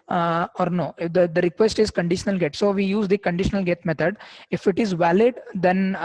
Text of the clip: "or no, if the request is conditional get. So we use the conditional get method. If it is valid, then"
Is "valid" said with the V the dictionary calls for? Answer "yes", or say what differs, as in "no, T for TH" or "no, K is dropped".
yes